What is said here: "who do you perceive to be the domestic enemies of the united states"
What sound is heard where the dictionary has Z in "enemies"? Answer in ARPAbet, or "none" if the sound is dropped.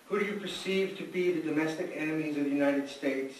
Z